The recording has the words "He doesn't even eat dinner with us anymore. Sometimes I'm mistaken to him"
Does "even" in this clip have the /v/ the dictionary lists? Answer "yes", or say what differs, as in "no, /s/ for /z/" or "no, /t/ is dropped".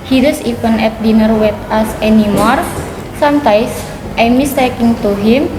no, /p/ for /v/